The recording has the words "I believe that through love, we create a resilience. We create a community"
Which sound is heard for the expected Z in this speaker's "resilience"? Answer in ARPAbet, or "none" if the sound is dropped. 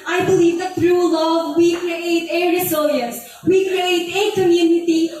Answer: S